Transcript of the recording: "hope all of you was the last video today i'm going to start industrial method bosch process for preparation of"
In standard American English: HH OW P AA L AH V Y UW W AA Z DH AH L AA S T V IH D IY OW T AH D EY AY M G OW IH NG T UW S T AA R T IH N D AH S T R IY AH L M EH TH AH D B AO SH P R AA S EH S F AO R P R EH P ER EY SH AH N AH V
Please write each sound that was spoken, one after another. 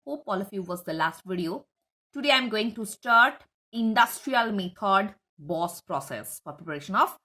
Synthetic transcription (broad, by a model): HH OW P AA L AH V Y UW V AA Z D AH L AA S T V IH D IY OW T AH D EY AY M G OW IH NG T UW S T AA R T IH N D AH S T R IY AH L M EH T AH D B AO S P R AA S EH S F AO R P R EH P ER EY SH AH N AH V